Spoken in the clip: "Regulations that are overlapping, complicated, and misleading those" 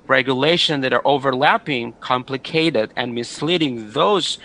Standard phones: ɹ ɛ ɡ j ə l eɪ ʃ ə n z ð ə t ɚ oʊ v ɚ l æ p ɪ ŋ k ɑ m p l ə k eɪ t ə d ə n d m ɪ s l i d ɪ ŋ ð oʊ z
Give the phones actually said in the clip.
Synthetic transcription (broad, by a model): ɹ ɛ ɡ j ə l eɪ ʃ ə n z ð ə t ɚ oʊ v ɚ l æ p ɪ ŋ k ɑ m p l ə k eɪ t ə d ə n m ɪ s l i d ɪ ŋ ð oʊ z